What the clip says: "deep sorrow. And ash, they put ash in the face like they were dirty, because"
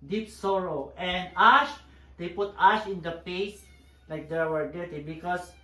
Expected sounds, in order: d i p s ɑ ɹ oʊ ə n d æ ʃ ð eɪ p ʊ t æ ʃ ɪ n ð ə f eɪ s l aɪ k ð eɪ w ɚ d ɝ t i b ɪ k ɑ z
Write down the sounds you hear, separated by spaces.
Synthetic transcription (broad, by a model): d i p s ɑ ɹ oʊ ə n d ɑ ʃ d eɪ p ʊ t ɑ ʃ ɪ n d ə p eɪ s l aɪ k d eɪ w ɚ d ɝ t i b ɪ k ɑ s